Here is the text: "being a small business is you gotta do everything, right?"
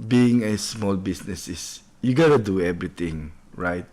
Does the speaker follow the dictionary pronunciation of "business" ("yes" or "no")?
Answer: no